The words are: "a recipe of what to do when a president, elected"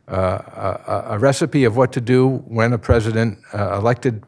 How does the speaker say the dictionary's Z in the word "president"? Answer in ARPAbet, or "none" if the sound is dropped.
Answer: Z